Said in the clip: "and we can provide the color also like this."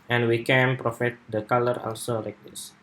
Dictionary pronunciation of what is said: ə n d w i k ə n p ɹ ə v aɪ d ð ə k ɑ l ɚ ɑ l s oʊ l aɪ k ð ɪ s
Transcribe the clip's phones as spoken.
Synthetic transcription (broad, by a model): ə n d w i k ə n p ɹ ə f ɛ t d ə k ɑ l ɚ ɑ l s oʊ l aɪ k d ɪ s